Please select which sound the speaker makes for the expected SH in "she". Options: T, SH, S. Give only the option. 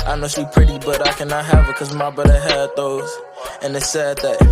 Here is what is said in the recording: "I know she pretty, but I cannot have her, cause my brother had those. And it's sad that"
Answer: S